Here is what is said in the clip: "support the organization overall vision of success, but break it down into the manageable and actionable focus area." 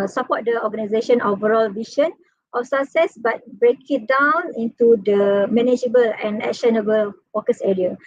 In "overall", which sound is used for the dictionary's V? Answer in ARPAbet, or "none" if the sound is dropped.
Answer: V